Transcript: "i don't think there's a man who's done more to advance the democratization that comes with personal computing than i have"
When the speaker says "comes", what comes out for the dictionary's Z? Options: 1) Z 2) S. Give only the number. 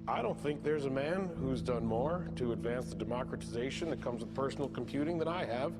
1